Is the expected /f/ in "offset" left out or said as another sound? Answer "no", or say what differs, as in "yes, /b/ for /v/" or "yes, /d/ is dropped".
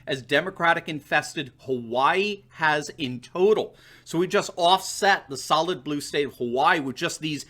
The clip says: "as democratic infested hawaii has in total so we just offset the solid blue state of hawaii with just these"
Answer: no